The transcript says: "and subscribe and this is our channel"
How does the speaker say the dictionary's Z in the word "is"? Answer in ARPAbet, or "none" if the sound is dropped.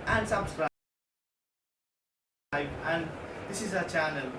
Z